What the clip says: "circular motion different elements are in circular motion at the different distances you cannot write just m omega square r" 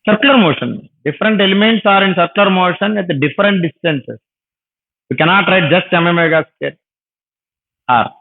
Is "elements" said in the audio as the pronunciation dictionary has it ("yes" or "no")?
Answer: yes